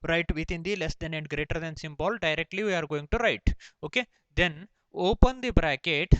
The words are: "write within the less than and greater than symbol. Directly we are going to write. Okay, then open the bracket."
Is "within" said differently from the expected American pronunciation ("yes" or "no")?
yes